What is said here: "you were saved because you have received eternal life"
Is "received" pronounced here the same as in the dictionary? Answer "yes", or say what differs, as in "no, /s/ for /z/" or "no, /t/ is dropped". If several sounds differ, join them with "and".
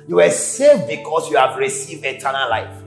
yes